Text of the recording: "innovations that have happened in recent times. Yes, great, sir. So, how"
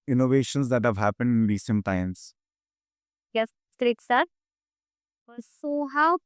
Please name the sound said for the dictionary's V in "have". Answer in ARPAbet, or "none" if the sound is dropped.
V